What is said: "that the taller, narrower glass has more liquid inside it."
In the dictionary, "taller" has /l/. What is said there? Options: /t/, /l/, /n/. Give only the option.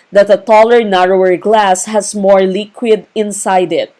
/l/